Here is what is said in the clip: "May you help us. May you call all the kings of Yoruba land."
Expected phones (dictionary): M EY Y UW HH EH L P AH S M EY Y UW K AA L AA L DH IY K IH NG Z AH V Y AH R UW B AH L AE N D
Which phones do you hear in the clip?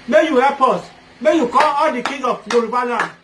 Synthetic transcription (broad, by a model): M EY Y UW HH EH P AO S M EY Y UW K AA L AA L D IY K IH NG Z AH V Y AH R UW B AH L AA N